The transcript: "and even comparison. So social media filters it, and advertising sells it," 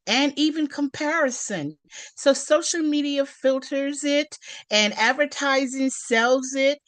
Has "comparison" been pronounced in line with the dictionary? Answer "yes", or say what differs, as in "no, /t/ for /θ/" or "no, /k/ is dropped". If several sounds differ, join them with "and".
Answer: yes